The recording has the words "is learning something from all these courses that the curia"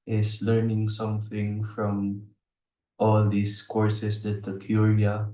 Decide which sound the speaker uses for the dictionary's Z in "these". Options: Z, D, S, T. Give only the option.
S